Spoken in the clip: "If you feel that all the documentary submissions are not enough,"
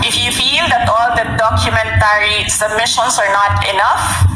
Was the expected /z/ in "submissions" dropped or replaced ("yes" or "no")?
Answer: yes